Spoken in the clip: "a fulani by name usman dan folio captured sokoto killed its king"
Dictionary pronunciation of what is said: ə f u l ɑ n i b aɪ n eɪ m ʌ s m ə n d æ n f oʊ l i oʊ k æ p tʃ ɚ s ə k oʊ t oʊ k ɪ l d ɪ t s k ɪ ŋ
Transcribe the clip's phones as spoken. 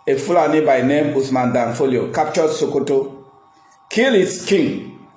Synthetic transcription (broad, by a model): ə f u l ɑ n i b aɪ n eɪ m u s m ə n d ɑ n f oʊ l i oʊ k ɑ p tʃ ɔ s ə k oʊ t oʊ k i l ɪ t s k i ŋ